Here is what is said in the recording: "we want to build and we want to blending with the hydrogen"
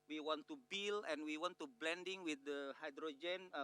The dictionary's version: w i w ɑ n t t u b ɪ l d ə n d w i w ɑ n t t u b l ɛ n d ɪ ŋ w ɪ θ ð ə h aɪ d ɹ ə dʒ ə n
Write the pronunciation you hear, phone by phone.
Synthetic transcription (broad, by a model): w i w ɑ n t t u b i l ə n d w i w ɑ n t t u b l ɛ n d ɪ ŋ w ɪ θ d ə h aɪ d ɹ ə dʒ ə n